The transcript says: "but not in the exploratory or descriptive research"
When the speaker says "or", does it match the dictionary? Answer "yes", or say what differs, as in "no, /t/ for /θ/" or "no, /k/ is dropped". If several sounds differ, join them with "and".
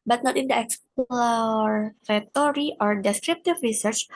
yes